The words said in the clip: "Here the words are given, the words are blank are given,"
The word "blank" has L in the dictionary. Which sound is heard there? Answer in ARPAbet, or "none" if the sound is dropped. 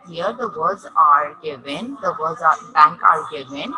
none